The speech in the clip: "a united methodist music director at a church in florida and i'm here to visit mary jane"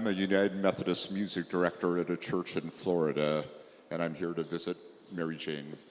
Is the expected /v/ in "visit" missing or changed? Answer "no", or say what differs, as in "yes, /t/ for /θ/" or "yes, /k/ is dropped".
no